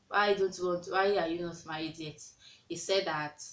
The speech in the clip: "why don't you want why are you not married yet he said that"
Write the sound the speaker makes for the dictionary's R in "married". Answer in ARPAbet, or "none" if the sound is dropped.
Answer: none